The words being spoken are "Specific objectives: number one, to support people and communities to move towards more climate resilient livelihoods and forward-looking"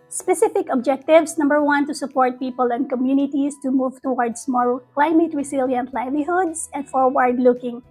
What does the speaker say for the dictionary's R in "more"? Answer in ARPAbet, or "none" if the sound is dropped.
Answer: L